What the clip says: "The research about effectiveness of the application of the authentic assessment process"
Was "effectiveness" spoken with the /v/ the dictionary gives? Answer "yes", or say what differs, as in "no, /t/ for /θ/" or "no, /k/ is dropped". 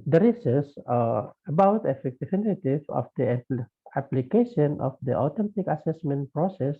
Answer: no, /f/ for /v/